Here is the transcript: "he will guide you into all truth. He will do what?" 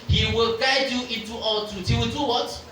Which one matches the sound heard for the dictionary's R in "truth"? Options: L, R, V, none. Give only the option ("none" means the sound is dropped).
none